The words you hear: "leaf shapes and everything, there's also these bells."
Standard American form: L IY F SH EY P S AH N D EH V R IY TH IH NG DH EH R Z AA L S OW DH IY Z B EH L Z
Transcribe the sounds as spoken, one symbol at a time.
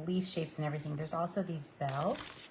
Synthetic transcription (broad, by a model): L IY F SH EY P S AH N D EH V R IY TH IH NG DH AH R Z AA L S OW DH IY Z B EH L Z